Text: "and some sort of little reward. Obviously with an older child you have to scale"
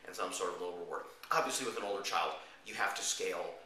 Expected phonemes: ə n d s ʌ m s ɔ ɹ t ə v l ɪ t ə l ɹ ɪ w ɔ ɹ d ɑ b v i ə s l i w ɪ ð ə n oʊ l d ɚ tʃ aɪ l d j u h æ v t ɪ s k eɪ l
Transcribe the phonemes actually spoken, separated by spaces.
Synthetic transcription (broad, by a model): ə n s ʌ m s ɔ ɹ t ə v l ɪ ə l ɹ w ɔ ɹ ɑ b v i ə s l i w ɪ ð ə n oʊ l d ɚ tʃ aɪ l d j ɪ h æ f t ɪ s k eɪ l